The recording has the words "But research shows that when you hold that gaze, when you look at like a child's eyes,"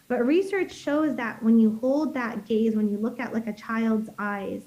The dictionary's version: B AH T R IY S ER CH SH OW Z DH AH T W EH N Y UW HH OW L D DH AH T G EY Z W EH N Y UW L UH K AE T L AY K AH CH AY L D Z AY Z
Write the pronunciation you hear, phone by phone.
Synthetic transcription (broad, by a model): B AH T R IY S ER CH SH OW Z DH AH T W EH N Y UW HH OW L D DH AH T G EY Z W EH N Y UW L UH K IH T L AY K AH CH AY L D Z AY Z